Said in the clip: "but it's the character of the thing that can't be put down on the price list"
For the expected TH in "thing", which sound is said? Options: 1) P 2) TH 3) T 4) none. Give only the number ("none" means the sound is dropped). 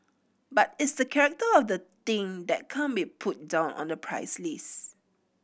3